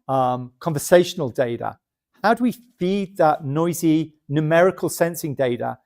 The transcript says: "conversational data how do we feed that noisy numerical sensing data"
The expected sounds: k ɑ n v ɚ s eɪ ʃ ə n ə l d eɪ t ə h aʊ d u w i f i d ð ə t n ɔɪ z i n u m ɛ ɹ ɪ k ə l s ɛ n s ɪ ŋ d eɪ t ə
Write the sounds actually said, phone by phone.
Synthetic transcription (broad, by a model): k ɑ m v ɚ s eɪ ʃ ə n ə l d eɪ t ə h aʊ d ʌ w i f i d ð ə t n ɔɪ z i n u m ɛ ɹ ɪ k ə l s ɛ n s ɪ ŋ d eɪ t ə